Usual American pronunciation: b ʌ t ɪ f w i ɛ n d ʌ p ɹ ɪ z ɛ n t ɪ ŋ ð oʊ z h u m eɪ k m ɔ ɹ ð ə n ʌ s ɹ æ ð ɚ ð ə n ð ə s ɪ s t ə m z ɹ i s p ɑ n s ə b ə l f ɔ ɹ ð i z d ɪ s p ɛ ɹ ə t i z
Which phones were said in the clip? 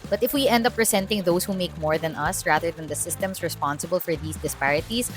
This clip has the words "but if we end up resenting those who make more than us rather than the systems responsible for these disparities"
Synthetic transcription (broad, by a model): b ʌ t ɪ f w i ɛ n d ʌ p ɹ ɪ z ɛ n t ɪ ŋ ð oʊ s h u m eɪ k m ɔ ɹ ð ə n ʌ s ɹ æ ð ɚ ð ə n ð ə s ɪ s t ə m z ɹ i s p ɑ n s ə b ə l f ɔ ɹ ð i s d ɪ s p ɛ ɹ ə t i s